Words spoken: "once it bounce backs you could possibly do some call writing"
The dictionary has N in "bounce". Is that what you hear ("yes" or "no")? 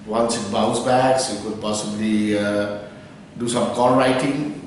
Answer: no